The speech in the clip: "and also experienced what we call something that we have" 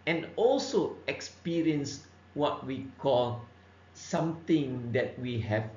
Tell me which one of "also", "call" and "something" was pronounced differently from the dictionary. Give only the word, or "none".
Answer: something